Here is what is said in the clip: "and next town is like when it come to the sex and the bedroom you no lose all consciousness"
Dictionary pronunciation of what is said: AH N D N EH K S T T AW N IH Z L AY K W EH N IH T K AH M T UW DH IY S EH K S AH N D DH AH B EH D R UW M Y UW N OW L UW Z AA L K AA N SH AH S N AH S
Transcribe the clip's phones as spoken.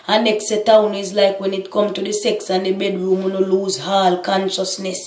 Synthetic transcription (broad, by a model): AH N N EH K S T T AW N IH Z L AY K W EH N IH T K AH M T UW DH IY S EH K S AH N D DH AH B EH D R UW M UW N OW L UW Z AA L K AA N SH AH S N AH S